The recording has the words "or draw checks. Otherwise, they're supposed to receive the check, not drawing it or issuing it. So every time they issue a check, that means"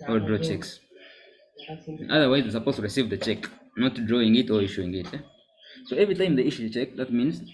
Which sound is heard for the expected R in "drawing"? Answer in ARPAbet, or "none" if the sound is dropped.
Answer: R